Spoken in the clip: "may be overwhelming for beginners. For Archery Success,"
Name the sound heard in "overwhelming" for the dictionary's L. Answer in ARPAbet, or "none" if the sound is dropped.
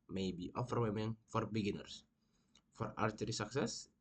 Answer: none